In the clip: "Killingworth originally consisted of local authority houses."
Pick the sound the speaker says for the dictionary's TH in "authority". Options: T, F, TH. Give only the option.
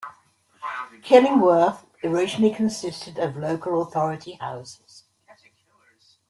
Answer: TH